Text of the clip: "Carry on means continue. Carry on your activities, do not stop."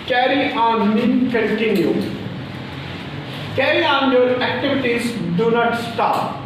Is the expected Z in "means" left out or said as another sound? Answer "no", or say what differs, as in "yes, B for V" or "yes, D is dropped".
yes, Z is dropped